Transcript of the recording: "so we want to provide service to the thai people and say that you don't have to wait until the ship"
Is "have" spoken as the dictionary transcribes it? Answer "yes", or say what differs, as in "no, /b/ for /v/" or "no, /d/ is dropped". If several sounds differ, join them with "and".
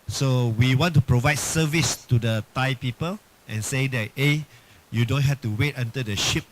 no, /f/ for /v/